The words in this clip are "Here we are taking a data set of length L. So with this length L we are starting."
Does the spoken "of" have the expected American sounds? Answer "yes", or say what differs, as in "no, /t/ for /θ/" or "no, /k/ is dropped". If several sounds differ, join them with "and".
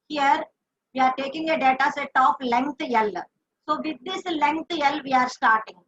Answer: no, /p/ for /v/